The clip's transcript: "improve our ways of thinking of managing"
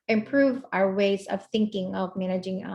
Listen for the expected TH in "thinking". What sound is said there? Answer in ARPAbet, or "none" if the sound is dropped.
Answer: TH